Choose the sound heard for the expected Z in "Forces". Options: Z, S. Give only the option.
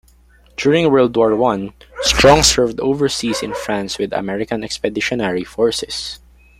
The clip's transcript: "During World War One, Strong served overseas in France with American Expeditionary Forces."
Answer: S